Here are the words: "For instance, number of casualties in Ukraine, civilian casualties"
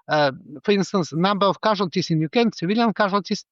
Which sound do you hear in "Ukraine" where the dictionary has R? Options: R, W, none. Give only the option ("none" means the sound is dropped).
none